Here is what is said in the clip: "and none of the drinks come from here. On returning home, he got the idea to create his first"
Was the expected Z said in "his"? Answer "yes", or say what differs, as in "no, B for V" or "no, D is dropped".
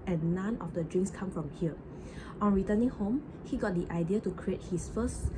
no, S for Z